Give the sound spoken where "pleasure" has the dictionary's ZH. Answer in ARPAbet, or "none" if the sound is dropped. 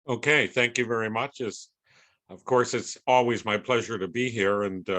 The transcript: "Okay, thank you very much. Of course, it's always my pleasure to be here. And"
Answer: ZH